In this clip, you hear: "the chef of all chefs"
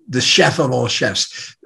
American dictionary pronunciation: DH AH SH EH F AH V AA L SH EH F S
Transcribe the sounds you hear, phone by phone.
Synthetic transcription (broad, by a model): DH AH SH EH F AH V AA L SH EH F S